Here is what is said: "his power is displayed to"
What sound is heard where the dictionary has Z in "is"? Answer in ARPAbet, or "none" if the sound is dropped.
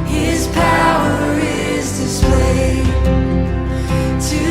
Z